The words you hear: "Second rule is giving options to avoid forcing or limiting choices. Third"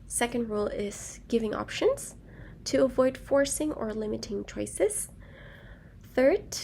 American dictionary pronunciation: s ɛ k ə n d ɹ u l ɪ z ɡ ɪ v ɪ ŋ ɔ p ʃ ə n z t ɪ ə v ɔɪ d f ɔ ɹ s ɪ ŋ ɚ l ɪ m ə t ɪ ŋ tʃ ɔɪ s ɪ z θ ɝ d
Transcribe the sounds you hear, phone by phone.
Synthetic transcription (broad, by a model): s ɛ k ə n d ɹ u l ɪ z ɡ ɪ v ɪ ŋ ɔ p ʃ ə n z t ɪ ə v ɔɪ d f ɔ ɹ s ɪ ŋ ɚ l ɪ m ə t ɪ ŋ tʃ ɔɪ s ɪ z θ ɝ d